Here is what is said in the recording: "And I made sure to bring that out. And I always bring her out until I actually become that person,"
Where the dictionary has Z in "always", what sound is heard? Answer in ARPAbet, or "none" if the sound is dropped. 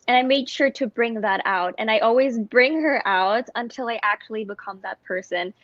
Z